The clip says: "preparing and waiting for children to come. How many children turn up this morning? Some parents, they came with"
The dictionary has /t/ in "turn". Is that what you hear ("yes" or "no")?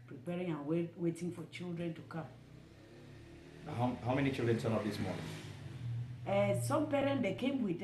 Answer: no